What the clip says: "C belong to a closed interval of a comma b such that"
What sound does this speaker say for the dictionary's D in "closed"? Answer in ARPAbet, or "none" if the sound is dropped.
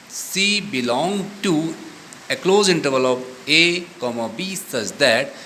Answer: none